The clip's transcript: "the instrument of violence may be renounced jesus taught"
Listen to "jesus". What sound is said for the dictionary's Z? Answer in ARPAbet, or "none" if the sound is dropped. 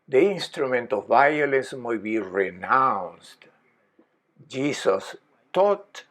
S